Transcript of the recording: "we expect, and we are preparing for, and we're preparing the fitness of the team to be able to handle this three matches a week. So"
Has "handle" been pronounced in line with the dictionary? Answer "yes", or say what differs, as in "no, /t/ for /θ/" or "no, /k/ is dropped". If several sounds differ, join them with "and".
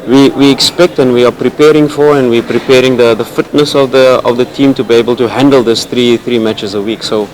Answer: yes